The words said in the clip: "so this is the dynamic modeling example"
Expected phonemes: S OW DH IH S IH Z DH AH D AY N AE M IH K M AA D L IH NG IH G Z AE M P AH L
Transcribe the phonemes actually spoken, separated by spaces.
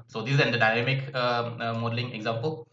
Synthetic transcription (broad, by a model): S OW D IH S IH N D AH D AY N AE M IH K M AA D L IH NG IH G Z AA M P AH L